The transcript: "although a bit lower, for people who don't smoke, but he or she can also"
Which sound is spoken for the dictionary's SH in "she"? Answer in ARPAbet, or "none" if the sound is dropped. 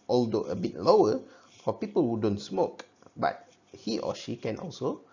SH